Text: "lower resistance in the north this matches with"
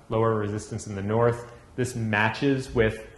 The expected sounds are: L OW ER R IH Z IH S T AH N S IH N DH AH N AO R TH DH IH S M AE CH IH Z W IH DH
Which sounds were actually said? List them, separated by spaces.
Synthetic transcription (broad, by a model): L OW ER R IH Z IH S T AH N S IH N DH AH N AO R TH DH IH S M AE CH IH Z W IH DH